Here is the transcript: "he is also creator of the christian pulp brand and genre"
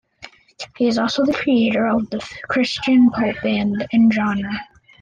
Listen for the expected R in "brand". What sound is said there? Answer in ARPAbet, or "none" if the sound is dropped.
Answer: none